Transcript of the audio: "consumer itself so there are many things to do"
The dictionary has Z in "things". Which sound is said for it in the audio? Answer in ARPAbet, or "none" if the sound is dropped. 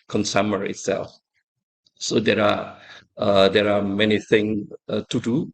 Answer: none